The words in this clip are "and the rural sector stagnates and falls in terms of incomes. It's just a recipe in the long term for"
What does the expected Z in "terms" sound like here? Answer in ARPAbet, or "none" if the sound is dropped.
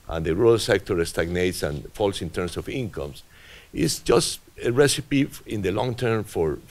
S